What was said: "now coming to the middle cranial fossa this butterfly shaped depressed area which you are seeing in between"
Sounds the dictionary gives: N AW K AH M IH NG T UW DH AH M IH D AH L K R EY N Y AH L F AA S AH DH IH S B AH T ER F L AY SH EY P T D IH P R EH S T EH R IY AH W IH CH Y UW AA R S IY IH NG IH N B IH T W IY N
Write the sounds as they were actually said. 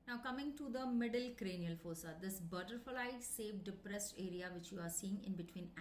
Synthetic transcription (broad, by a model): N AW K AH M IH NG T UW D AH M IH D AH L K R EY N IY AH L F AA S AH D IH S B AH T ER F L AY S EY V D IH P R EH S T EH R IY AH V IH CH Y UW AA R S IY IH NG IH N B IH T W IY N